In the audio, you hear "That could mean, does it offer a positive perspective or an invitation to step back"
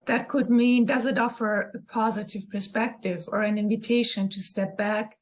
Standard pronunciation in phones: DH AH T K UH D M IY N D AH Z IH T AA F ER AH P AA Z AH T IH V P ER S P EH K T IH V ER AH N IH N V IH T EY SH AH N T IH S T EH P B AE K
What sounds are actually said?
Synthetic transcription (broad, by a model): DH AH T K UH D M IY N D AH Z IH T AA F ER AH P AA Z AH T IH V P ER S P EH K T IH V ER AH N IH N V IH T EY SH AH N T IH S T EH P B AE K